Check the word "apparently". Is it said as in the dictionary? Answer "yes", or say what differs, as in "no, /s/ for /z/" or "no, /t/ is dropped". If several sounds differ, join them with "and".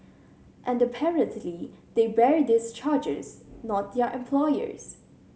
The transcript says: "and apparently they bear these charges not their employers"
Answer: yes